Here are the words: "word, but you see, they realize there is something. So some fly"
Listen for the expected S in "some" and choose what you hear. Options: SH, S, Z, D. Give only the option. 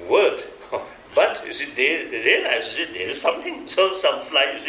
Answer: S